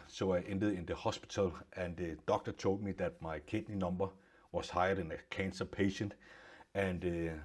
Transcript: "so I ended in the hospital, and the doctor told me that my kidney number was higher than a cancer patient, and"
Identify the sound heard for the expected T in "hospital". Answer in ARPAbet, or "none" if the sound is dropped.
S